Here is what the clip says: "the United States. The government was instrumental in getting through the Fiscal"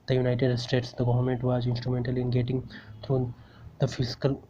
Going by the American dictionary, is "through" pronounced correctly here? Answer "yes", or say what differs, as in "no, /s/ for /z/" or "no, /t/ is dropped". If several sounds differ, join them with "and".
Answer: no, /t/ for /θ/